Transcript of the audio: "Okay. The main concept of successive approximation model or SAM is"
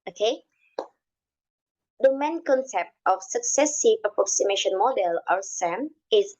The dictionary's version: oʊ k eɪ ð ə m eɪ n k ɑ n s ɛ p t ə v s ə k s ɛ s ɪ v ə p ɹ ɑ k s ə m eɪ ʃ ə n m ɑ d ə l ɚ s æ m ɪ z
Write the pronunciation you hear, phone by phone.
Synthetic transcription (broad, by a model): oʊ k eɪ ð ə m eɪ n k ɑ n s ɛ p t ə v s ə k s ɛ s ɪ v ə p ɹ ɑ k s ə m eɪ ʃ ə n m ɑ d ə l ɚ s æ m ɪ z